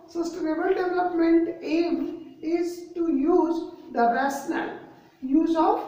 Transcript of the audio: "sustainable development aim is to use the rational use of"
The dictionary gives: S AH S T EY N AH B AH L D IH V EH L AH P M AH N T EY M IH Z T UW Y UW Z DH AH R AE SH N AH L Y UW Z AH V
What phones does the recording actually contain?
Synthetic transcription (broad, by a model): S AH S T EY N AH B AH L D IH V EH L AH P M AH N T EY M IH Z T UW Y UW Z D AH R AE S N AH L Y UW Z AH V